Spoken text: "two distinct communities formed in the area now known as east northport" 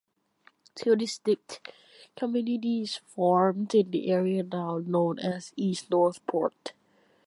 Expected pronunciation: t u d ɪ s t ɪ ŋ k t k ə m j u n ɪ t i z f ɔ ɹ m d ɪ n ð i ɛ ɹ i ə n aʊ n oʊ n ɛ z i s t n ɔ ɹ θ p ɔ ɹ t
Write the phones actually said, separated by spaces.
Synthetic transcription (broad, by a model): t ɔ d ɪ s t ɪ k k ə m j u n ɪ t i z f ɔ ɹ m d ɪ n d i ɛ ɹ i ə n aʊ n oʊ n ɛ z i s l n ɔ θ p ɔ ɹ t